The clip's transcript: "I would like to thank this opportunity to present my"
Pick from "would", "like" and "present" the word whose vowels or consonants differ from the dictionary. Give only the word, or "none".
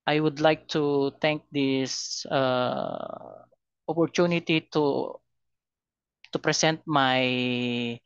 present